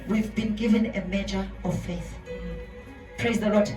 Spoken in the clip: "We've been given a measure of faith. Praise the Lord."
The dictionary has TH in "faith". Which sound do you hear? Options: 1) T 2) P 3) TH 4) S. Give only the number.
3